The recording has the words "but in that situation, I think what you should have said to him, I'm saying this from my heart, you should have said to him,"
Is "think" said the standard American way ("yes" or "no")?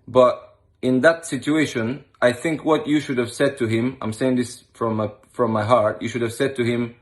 yes